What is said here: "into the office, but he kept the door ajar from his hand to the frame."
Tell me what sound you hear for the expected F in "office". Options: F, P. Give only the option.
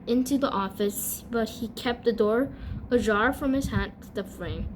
F